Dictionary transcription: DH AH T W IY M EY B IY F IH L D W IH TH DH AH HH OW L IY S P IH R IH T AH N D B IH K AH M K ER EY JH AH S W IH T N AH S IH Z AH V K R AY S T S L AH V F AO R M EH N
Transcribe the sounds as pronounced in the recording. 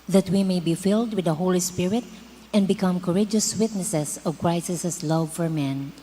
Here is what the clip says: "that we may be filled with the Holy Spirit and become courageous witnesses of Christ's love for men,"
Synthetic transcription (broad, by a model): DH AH T W IY M EY B IY F IH L D W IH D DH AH HH OW L IY S P IH R IH T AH N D B IH K AH M K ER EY JH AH S W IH T N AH S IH S AH V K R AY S S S L AH V F AO R M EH N